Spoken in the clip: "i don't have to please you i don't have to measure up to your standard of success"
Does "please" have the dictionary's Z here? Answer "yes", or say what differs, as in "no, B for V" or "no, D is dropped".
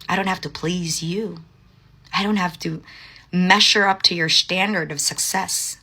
yes